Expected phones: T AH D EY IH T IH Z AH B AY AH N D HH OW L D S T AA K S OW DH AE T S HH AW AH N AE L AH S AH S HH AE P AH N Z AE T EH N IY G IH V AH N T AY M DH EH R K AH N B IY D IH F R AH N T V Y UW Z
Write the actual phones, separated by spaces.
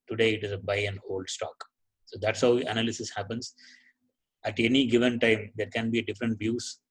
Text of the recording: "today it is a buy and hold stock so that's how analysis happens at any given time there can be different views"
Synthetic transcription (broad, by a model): T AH D EY IH T IH Z AH B AY AH N D HH OW L D S T AA K S OW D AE T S HH AW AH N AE L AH S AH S HH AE P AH N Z AE T EH N IY G IH V AH N T AY M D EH R K AH N B IY D IH F R AH N T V Y UW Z